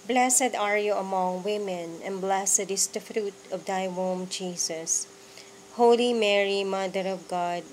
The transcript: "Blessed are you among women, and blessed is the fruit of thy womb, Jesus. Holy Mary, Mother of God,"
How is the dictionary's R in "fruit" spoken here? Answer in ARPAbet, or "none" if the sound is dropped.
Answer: R